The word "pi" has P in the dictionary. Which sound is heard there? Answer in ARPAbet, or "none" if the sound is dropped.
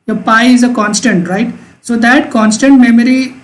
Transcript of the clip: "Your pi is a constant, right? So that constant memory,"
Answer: P